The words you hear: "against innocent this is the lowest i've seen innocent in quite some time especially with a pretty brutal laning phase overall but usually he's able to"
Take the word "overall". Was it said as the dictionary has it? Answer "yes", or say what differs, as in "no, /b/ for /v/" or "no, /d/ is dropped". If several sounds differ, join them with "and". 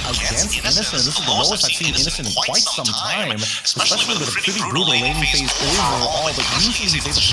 no, /v/ is dropped